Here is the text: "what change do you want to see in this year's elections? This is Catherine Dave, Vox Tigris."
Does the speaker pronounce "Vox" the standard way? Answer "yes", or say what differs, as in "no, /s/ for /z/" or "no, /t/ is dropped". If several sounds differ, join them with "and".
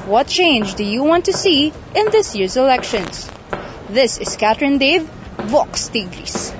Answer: yes